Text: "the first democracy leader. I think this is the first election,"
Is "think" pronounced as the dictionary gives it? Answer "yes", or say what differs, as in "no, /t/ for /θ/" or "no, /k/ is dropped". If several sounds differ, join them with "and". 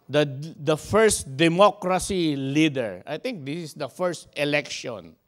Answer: no, /t/ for /θ/